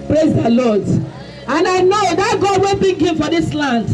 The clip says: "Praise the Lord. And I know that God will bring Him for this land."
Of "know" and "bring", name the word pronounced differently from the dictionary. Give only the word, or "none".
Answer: bring